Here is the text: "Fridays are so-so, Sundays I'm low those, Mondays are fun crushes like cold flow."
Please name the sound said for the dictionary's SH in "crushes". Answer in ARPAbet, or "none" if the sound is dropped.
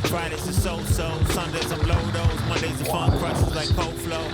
S